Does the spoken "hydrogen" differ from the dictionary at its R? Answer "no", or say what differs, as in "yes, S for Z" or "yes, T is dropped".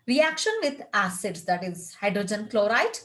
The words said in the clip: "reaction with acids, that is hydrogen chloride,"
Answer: no